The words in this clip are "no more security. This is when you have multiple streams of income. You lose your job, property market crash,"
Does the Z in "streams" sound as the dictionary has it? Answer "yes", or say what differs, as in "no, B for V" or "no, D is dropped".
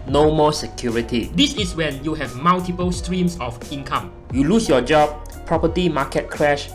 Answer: no, S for Z